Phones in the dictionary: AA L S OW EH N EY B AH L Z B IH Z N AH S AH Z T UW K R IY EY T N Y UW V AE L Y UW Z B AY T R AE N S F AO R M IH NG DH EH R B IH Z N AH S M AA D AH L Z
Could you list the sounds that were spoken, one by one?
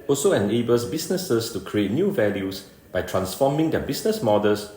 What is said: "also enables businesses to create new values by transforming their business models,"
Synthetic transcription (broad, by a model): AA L S OW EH N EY B AH L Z B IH S N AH S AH S T UW K R IY EY T N Y UW V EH L Y UW S B AY T R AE N S F AO M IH NG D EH B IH S N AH S M AA D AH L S